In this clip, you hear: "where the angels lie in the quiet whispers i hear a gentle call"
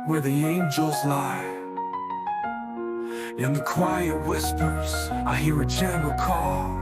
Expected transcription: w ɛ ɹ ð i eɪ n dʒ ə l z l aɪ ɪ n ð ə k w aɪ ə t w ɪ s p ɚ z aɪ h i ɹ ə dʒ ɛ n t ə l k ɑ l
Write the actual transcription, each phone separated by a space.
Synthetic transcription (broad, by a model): w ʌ ɹ ð i eɪ n dʒ ə l z l aɪ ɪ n ð ə k w aɪ ə t w ɪ s p ɚ z aɪ h i ɹ ə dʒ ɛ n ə k ɑ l